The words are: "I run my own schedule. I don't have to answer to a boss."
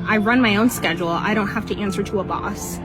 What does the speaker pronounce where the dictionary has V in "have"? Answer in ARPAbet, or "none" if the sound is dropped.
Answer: F